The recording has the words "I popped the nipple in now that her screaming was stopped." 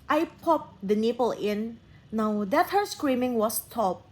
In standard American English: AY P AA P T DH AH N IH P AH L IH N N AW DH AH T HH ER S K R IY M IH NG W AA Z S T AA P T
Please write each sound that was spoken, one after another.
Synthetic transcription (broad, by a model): AY P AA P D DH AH N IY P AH L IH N N AW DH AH T HH ER S K R IY M IH NG W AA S T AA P